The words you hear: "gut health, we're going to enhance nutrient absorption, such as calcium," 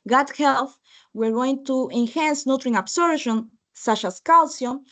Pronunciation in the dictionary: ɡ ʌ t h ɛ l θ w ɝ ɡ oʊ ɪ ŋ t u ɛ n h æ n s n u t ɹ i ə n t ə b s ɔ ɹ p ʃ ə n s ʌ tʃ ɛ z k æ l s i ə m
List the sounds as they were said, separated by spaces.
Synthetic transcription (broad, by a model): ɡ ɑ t h ɛ l θ w ɝ ɡ oʊ ɪ ŋ t u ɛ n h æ n s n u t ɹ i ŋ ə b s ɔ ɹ ʃ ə n s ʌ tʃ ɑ s k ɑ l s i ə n